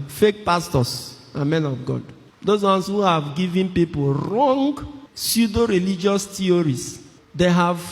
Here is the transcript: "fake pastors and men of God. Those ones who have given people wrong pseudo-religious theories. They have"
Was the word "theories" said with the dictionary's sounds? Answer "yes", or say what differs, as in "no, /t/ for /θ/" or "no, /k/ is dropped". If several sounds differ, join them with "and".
no, /t/ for /θ/